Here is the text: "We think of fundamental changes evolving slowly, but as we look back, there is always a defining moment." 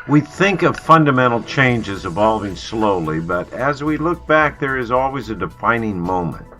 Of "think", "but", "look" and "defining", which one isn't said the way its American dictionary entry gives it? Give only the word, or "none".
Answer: none